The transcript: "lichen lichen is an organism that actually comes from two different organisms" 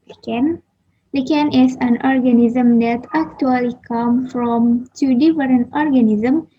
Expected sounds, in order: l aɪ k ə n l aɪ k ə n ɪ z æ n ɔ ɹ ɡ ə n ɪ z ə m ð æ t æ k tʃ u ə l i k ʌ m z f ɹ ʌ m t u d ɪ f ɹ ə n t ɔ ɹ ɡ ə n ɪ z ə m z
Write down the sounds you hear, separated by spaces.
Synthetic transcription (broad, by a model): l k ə n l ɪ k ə n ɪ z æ n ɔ ɹ ɡ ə n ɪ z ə m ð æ t æ k tʃ u ə l i k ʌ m f ɹ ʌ m t u d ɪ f ɹ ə n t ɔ ɹ ɡ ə n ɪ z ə m